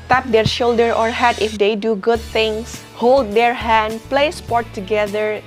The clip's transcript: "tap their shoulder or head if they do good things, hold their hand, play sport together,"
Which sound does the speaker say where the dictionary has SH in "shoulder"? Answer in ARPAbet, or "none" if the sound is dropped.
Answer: SH